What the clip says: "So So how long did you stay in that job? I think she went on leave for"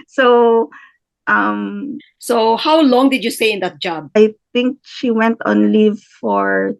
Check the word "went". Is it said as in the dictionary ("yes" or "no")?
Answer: yes